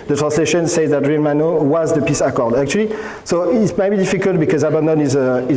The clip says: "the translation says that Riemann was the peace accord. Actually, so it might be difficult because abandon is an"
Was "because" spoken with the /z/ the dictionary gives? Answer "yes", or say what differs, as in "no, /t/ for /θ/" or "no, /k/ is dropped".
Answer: yes